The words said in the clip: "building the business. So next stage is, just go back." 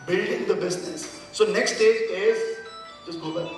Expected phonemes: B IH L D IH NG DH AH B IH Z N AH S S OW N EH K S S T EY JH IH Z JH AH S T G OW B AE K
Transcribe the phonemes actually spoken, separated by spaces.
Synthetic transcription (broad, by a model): B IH L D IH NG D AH B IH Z N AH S S OW N EH K S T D EY IH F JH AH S G OW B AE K